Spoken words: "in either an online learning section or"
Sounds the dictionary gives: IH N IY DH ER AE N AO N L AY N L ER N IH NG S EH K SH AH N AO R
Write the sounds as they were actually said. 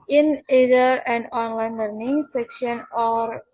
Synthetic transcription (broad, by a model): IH N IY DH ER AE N AO N L AY N L ER N IH NG S EH K SH AH N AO R